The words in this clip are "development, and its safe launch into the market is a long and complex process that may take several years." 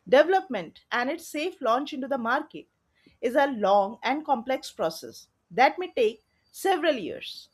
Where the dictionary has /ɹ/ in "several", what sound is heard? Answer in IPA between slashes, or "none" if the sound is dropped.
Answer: /ɹ/